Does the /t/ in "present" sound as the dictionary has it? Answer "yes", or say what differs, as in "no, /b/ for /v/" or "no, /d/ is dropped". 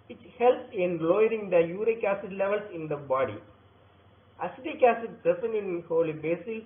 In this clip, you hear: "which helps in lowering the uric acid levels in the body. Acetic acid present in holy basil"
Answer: no, /t/ is dropped